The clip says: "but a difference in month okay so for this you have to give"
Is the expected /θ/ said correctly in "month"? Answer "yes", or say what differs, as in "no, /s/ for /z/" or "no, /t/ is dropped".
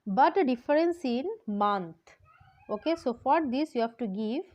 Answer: no, /t/ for /θ/